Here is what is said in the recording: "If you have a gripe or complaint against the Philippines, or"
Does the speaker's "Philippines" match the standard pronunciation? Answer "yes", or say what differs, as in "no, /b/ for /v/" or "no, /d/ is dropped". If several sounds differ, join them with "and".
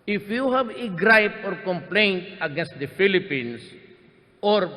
no, /s/ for /z/